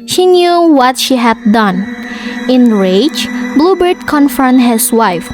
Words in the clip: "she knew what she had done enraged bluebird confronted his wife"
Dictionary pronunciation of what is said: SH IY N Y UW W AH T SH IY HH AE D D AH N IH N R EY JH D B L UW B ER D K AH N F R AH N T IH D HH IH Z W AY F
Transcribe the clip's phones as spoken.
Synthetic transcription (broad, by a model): SH IY N Y UW W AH T SH IY HH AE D D AH N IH N R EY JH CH B L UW B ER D K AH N F AH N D HH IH S W AY F